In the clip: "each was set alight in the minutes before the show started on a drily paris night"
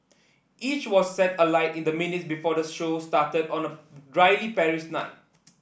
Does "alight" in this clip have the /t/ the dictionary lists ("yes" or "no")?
yes